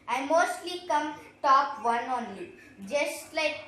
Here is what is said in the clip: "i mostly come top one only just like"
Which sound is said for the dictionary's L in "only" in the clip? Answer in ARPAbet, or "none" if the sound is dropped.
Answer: none